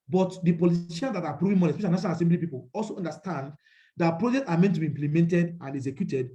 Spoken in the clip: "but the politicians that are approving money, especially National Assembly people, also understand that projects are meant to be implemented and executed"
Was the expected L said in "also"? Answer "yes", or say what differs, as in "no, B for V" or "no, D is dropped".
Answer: yes